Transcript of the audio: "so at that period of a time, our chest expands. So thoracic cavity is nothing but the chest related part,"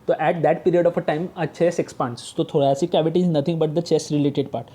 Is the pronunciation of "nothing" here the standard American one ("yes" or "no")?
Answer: no